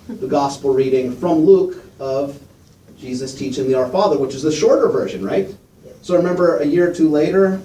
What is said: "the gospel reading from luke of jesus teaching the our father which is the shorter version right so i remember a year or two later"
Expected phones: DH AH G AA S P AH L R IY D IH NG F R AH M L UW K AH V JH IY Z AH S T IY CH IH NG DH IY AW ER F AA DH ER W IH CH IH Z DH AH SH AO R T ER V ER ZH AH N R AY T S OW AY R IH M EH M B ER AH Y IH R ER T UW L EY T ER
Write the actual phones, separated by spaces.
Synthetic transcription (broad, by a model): DH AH G AA S P L R IY D IH NG F R AH M L UW K AH V JH IY Z AH S T IY CH IH NG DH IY AW ER F AA DH ER W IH CH IH Z DH AH SH AO R T ER V ER ZH AH N R AY T S OW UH R IH M EH M B ER AH Y IH R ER T UW L EY T ER